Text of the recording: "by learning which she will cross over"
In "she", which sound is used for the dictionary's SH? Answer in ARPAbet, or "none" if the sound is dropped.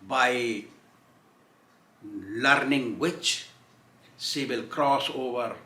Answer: S